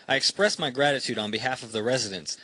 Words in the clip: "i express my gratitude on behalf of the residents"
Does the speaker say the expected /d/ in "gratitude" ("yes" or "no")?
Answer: yes